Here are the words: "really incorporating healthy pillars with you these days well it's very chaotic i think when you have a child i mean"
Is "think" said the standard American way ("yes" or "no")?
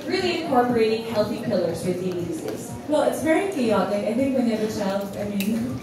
yes